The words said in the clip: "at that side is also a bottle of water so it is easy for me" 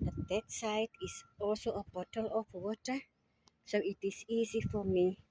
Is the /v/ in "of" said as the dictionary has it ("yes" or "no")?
no